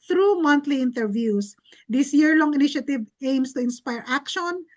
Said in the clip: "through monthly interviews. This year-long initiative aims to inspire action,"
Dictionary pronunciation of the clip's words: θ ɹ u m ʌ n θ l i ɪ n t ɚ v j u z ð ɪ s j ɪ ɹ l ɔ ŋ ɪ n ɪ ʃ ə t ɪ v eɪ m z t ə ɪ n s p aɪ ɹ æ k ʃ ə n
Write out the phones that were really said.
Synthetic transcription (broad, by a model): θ ɹ u m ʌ n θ l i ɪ n t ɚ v j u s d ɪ s j ɪ ɹ l ɔ ŋ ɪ n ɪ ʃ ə t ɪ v eɪ m s t ə ɪ n s p aɪ ɹ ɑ k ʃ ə n